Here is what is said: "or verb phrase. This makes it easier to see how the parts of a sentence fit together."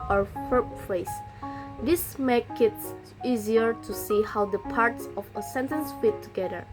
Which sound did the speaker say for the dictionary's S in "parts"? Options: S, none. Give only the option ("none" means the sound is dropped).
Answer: S